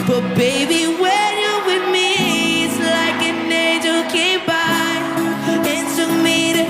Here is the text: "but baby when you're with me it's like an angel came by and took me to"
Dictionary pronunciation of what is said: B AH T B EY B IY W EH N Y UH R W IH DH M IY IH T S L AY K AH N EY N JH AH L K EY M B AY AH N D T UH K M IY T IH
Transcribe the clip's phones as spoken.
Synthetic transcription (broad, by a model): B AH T B EY B IY W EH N Y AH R W IH DH M IY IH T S L AY K AH N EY JH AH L K EY M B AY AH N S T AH M IY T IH